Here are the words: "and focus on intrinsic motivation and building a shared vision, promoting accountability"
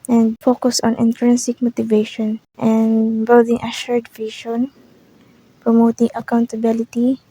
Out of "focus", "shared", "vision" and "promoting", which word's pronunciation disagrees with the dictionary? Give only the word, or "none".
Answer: vision